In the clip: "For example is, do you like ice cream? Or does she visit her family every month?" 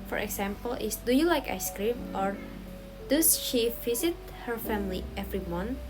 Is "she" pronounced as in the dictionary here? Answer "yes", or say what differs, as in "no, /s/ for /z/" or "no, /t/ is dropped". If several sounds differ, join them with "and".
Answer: yes